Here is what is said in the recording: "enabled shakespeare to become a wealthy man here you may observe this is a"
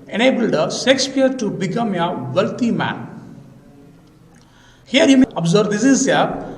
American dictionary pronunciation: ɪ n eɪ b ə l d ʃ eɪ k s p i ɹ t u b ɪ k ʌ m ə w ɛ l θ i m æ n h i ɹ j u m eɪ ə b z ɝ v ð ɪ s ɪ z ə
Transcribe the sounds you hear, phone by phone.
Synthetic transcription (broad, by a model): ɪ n eɪ b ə l d s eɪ k s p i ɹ t u b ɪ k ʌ m ə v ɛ l t i m æ n h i ɹ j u m eɪ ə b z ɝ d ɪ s ɪ z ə